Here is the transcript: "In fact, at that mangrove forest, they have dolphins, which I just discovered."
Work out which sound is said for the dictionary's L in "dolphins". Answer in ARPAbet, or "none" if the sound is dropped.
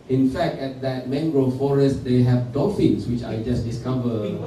none